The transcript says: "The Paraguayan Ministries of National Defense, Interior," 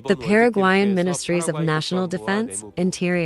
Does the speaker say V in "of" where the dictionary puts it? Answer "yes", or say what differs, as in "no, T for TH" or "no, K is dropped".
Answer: yes